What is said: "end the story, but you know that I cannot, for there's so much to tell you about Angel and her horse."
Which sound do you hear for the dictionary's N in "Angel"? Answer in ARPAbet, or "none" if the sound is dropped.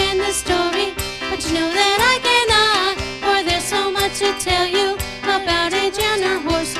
none